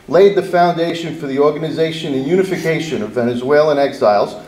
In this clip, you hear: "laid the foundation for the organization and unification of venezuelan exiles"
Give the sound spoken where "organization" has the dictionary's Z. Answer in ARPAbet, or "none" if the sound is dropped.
Z